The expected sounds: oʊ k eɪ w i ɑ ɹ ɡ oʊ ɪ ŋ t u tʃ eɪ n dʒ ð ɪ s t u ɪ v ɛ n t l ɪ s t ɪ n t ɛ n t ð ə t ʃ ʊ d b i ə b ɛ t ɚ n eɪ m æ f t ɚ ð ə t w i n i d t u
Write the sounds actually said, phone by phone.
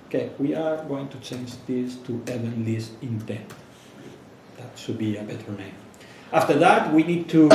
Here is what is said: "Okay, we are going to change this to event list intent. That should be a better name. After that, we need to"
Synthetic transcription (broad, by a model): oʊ k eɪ w i ɑ ɹ ɡ oʊ ɪ ŋ t u tʃ eɪ n dʒ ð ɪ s t u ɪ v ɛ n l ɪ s ɪ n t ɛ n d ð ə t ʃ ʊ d b i ə b ɛ t ɚ n eɪ m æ f t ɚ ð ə t w i n i d t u